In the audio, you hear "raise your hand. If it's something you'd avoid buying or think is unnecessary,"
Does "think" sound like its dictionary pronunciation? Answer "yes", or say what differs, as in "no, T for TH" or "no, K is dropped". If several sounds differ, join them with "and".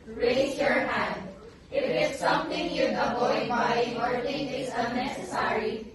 no, T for TH and K is dropped